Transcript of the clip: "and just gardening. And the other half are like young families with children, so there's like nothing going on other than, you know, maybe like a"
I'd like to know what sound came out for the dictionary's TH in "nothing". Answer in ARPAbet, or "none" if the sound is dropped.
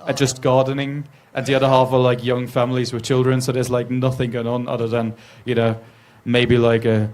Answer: TH